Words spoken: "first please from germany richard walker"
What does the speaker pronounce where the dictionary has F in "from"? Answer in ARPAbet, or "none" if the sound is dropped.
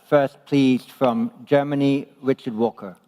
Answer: F